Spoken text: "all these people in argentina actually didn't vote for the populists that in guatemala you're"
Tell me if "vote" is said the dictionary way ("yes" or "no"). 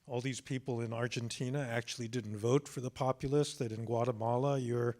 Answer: yes